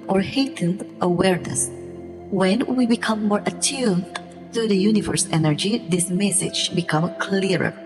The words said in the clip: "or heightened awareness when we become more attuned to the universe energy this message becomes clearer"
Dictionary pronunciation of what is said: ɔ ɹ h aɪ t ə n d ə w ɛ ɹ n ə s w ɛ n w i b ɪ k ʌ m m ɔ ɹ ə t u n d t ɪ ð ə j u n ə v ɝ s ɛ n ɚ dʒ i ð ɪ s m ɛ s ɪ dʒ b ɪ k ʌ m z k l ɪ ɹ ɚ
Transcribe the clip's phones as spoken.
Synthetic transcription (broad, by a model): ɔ ɹ h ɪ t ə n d ə w ɛ ɹ n ə s w ɛ n w i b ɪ k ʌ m m ɔ ɹ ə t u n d t ɪ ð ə j u n ə v ɝ s ɛ n ɚ dʒ i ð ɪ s m ɛ s ɪ dʒ b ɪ k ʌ m k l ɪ ɹ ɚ